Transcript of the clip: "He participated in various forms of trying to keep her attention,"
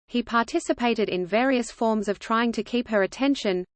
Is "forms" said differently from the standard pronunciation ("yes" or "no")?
no